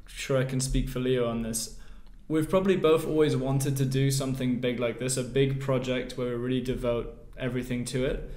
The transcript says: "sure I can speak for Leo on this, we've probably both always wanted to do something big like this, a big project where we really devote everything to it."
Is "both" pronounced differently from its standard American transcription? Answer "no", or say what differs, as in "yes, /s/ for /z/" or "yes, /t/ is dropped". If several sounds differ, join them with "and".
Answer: no